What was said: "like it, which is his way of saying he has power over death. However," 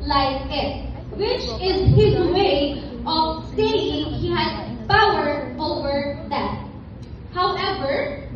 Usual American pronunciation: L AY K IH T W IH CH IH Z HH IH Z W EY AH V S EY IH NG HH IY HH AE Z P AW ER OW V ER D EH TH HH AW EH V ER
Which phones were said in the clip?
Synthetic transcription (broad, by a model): L AY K IH T W IH CH IH Z HH IH Z W EY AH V S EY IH NG HH IY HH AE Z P AW ER OW V ER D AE T HH AW EH V ER